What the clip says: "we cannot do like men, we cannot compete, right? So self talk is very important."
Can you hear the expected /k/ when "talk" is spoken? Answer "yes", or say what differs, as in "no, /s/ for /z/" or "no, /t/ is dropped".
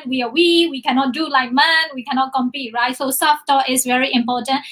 no, /k/ is dropped